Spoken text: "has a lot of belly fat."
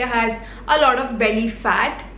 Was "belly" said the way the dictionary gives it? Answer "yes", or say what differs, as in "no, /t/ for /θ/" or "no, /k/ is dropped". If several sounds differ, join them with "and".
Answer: no, /n/ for /l/